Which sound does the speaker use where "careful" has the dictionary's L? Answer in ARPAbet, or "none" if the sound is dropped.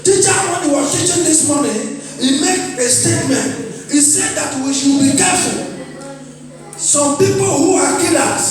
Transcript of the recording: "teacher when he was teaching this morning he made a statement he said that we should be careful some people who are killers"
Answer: N